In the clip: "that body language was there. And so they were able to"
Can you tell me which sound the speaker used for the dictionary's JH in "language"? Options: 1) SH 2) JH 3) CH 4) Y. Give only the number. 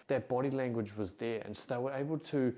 2